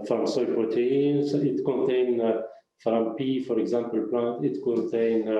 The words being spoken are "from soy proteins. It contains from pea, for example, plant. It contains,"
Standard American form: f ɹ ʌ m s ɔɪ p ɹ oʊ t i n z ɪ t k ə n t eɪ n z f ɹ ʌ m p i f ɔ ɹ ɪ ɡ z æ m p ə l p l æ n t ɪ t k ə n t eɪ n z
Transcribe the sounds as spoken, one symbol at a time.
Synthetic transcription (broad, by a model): f ɹ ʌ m s ɔɪ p ɹ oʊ t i n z ɪ t k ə n t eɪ n f ɹ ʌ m p i f ɔ ɹ ɪ ɡ z æ m p ə l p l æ n t ɪ t k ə n t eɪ n